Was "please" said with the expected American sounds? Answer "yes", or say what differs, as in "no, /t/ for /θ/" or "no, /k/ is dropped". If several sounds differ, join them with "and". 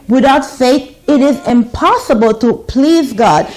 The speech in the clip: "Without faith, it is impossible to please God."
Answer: yes